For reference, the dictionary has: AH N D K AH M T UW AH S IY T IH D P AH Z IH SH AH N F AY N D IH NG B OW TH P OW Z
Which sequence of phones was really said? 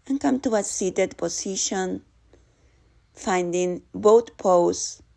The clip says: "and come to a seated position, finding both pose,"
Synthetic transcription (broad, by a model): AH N K AH M T UW AH S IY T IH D P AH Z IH SH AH N F AY N D IH NG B OW T P OW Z